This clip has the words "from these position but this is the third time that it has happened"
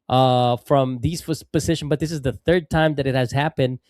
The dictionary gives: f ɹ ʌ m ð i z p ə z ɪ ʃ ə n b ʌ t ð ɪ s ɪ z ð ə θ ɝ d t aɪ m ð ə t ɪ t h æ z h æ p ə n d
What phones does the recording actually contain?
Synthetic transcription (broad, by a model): f ɹ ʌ m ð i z p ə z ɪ ʃ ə n b ʌ t ð ɪ s ɪ z ð ə θ ɝ d t aɪ m ð ə t ɪ t h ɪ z h æ p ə n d